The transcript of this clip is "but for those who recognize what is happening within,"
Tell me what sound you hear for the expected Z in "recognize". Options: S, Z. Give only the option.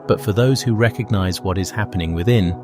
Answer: Z